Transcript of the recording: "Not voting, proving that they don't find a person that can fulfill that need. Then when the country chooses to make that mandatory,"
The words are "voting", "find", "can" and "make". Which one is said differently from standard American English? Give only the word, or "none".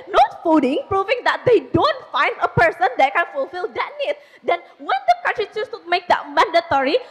voting